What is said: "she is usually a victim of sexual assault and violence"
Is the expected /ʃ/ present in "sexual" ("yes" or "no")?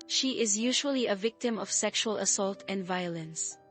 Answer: yes